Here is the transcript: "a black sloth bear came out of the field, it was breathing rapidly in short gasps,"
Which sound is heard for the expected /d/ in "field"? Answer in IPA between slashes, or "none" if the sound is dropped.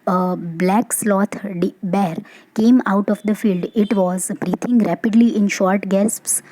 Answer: /d/